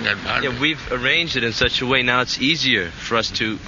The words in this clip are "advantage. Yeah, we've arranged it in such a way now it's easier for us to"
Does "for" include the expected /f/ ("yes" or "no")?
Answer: yes